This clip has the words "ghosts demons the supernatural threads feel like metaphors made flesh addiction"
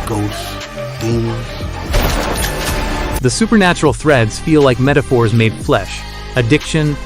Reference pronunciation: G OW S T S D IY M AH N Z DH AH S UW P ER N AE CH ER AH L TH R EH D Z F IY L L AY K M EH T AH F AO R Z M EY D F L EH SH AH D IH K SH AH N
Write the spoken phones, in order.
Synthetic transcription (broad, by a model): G OW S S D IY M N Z DH AH S UW P ER N AE CH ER L TH R EH D Z F IY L L AY K M EH T AH F AO R Z M EY D F L EH SH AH D IH K SH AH N